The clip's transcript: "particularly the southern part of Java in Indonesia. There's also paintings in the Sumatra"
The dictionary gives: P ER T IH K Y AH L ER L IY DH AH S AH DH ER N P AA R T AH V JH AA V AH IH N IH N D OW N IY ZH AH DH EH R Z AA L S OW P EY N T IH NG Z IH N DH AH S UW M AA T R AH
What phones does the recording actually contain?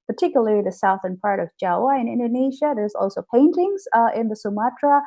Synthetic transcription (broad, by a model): P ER T IH K Y L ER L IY DH AH S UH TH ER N P AA R T AH V JH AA W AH IH N IH N D OW N IY ZH AH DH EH R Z AA L S OW P EY N T IH NG Z IH N DH AH S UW M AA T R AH